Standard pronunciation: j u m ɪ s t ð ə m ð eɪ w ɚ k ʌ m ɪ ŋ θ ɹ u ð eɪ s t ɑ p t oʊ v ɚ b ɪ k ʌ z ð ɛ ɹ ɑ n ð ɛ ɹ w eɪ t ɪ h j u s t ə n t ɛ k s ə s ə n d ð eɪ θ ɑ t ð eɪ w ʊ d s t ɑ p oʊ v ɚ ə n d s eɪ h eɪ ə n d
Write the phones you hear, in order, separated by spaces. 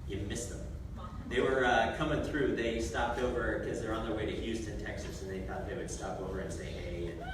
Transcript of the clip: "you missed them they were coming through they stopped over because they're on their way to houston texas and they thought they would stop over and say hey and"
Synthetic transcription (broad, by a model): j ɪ m ɪ s ð ə m ð eɪ w ɚ k ʌ m ɪ ŋ θ ɹ u ð eɪ s t ɑ p t oʊ v ɚ k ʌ z ð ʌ ɹ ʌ n ð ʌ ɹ w eɪ t ɪ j u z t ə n t ɛ k s ə s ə n ð eɪ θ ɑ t ð eɪ w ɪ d s t ɑ p oʊ v ɚ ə n s eɪ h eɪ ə